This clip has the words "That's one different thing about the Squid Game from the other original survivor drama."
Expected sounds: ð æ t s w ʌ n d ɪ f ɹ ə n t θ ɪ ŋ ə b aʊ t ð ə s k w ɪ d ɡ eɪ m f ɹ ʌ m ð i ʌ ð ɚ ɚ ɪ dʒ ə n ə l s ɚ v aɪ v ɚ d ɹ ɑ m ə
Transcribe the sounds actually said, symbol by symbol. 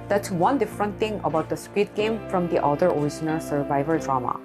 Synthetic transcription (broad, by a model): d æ t s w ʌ n d ɪ f ɹ ə n t t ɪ ŋ ə b aʊ t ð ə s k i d ɡ eɪ m f ɹ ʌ m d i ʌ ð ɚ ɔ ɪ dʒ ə n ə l s ɚ v aɪ v ɚ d ɹ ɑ m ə